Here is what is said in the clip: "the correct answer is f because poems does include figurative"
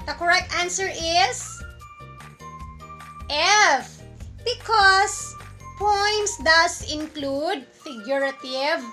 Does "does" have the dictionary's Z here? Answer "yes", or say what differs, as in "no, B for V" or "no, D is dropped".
no, S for Z